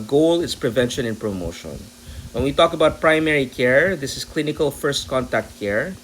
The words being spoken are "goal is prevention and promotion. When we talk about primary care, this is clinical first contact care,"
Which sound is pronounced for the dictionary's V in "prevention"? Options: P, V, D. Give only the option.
V